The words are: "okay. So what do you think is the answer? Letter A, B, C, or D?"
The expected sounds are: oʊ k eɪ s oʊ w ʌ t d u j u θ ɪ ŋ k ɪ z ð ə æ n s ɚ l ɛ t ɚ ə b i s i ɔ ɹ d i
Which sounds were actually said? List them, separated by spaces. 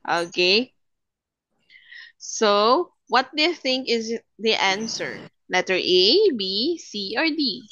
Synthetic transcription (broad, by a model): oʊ k eɪ s oʊ w ʌ t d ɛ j θ ɪ ŋ k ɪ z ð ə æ n s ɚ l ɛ t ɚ ə b i s i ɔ ɹ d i